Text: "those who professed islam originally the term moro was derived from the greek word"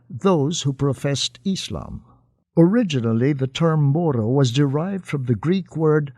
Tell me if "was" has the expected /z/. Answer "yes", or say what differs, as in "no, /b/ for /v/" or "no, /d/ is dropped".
yes